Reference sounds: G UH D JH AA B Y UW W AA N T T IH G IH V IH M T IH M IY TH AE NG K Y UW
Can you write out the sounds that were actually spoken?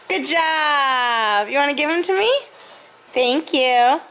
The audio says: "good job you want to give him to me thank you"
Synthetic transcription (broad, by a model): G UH D JH AA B Y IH W AA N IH G IH V IH M T IH M IY TH AE NG K Y UW